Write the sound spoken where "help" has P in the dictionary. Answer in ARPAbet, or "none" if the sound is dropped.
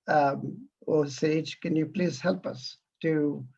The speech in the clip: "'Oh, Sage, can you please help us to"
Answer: P